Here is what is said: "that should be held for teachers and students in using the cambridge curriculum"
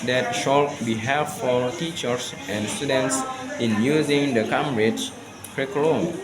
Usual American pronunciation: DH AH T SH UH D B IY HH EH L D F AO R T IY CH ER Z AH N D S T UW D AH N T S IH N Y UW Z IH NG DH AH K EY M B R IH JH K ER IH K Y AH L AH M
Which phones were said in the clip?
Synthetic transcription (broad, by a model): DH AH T SH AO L B IY HH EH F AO L T IY CH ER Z AH N D S T UW D AH N T S IH N Y UW Z IH NG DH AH K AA M R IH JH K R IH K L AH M